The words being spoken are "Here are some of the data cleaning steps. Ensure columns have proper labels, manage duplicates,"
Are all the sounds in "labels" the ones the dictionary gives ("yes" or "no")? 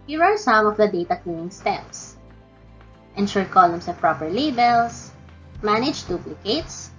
no